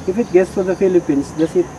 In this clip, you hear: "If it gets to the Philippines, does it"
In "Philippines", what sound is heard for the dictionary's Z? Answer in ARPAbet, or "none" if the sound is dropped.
S